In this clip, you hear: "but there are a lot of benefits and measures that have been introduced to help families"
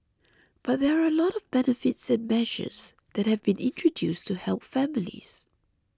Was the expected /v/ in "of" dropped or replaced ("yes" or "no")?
no